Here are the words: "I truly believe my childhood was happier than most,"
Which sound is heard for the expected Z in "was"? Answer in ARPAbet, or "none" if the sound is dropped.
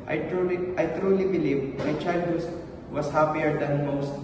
S